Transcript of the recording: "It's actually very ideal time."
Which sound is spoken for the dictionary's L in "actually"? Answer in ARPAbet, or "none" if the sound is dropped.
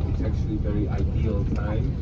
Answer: L